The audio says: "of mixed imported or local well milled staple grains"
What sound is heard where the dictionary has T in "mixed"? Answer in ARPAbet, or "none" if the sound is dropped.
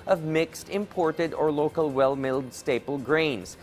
T